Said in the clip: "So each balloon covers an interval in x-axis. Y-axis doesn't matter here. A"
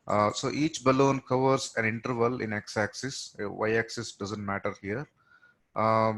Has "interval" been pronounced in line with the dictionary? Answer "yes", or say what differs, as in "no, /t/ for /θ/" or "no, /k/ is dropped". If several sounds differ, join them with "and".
yes